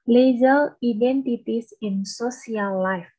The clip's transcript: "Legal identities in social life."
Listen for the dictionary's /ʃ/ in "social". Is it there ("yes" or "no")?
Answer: no